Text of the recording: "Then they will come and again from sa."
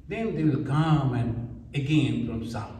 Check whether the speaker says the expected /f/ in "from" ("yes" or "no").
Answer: no